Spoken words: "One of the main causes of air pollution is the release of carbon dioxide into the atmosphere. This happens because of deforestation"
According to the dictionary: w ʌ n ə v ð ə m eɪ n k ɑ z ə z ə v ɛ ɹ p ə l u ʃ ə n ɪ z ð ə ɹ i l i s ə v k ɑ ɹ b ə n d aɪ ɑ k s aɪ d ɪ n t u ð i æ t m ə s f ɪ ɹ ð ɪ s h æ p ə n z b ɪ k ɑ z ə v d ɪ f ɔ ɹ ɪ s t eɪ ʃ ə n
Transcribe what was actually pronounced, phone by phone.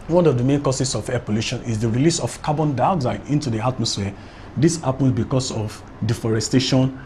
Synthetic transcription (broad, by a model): w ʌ n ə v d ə m eɪ n k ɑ s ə s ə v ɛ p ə l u ʃ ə n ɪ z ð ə ɹ i l i s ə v k ɑ b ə n d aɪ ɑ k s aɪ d ɪ n t u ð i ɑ t m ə s f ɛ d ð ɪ s h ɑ p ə n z b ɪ k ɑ s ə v d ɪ f ɔ ɹ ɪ s t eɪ ʃ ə n